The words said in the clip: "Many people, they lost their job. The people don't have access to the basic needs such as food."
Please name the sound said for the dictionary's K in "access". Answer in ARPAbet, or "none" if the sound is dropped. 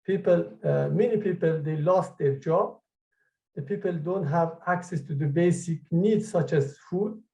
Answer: K